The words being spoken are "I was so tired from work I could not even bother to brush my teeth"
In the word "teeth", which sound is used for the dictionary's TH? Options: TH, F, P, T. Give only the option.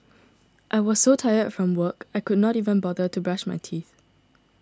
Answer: TH